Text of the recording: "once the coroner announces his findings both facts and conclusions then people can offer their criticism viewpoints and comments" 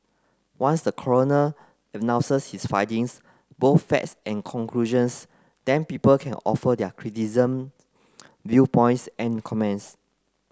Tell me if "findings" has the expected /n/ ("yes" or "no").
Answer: no